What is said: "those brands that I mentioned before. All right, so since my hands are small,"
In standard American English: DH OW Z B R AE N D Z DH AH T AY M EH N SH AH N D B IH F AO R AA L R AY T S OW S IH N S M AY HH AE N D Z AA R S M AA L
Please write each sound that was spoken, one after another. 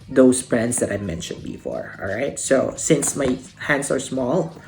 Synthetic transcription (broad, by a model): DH OW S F R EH N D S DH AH T AY M EH N SH AH N D B IH F AO R AA L R AY T S OW S IH N S M AY HH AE N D S AA R S M AA L